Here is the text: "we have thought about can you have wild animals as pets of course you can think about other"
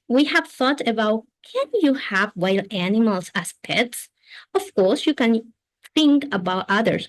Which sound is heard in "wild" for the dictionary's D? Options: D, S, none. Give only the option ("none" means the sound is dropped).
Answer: none